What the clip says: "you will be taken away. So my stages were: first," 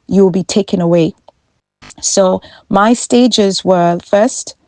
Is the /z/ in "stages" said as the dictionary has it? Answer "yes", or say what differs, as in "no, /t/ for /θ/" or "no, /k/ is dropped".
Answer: yes